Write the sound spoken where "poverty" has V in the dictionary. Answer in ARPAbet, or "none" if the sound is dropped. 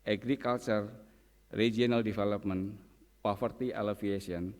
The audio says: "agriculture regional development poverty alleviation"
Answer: F